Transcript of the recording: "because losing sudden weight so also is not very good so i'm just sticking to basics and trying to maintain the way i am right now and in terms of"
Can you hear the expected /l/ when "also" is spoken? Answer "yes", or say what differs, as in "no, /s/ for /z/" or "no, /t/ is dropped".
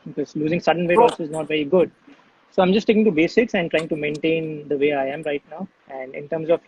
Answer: no, /l/ is dropped